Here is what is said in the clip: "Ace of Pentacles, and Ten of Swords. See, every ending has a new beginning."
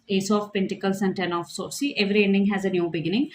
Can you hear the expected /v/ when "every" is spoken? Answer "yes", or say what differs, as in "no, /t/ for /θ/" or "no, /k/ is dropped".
yes